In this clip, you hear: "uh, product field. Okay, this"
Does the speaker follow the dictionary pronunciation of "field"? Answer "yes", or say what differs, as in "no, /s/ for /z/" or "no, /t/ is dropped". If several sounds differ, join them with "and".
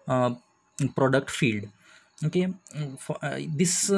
yes